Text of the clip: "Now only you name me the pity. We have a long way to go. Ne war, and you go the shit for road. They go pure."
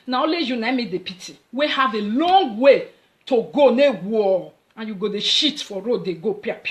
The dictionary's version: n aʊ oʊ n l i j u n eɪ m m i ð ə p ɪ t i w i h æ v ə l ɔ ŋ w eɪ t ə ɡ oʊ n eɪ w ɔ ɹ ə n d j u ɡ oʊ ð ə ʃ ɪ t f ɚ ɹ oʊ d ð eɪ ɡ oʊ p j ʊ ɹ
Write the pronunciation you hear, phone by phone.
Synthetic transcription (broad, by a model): n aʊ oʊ l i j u n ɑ m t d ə p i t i w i h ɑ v ə l ɔ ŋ w eɪ t ə ɡ oʊ n eɪ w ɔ l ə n j u ɡ oʊ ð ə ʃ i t f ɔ ɹ oʊ d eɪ ɡ oʊ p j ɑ